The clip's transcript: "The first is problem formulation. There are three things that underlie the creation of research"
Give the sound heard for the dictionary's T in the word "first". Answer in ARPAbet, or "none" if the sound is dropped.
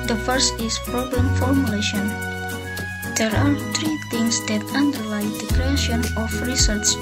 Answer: T